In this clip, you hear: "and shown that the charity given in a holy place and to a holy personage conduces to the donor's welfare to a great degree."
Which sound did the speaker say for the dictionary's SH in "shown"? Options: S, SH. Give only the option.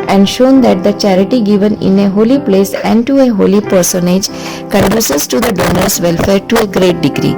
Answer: SH